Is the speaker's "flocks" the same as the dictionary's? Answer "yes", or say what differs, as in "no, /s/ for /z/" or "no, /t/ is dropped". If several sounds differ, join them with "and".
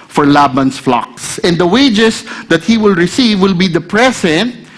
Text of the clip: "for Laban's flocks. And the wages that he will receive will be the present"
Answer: yes